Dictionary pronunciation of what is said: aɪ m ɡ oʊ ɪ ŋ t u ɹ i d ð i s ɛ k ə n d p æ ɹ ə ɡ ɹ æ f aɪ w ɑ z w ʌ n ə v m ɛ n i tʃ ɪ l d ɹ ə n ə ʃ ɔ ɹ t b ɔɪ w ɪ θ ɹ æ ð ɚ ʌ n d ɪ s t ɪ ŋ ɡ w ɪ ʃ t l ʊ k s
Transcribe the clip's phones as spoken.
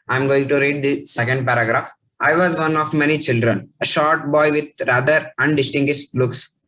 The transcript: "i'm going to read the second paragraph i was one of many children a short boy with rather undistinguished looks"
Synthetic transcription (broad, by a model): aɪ m ɡ oʊ ɪ ŋ t u ɹ i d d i s ɛ k ə n d p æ ɹ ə ɡ ɹ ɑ f aɪ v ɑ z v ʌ n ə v m ɛ n i tʃ ɪ l d ɹ ə n ə ʃ ɔ ɹ t b ɔɪ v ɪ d ɹ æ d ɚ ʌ n d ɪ s t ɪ ŋ ɡ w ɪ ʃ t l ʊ k s